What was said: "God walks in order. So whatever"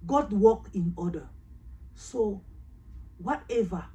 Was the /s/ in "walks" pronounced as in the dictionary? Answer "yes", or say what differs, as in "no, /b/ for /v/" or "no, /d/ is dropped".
no, /s/ is dropped